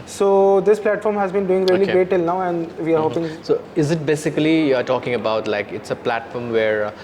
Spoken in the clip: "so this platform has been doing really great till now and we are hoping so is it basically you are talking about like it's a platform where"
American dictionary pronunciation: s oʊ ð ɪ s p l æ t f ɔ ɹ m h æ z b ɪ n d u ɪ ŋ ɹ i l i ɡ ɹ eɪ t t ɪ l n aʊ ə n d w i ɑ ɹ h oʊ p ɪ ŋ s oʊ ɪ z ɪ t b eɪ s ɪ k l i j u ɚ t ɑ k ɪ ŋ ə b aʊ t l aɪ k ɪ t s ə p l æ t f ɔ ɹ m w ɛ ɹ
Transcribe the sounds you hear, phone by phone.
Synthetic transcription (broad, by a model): s oʊ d ɪ s p l æ t f ɔ ɹ m h æ z b ɪ n d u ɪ ŋ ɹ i l i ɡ ɹ eɪ t t ɪ l n aʊ ə n d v i ɑ ɹ h oʊ p ɪ ŋ s oʊ ɪ z ɪ t b eɪ s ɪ k i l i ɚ t ɑ k ɪ ŋ ə b aʊ t l aɪ k ɪ t s ə p l æ t f ɔ ɹ m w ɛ ɹ